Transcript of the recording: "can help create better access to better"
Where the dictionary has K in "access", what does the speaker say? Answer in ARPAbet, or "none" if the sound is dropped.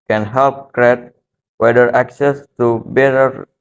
K